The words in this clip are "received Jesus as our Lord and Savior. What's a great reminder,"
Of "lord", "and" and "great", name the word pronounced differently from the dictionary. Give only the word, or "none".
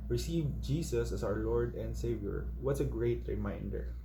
none